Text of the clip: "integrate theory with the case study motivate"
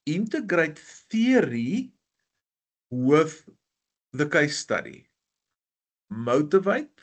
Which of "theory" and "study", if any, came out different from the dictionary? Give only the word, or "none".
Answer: none